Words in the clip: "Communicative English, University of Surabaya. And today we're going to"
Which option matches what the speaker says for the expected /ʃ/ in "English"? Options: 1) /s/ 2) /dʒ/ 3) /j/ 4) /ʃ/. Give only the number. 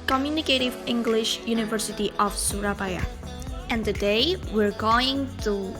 4